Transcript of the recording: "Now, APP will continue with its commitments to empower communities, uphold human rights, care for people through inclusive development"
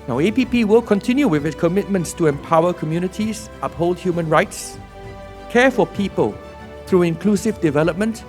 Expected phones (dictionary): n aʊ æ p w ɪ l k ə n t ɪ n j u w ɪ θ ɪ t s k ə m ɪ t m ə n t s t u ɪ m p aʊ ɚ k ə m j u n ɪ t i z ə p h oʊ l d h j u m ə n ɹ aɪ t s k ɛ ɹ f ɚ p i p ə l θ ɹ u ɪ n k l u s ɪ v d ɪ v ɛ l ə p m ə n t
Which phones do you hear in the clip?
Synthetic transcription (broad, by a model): n aʊ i p w ɪ l k ə n t ɪ n j u w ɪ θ ɪ t s k ə m ɪ t m ə n t s t u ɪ m p aʊ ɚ k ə m j u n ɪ t i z ə p h oʊ l d h j u m ə n ɹ aɪ t s k ɛ f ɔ p i p ə l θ ɹ u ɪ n k l u s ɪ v d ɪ v ɛ l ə p m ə n t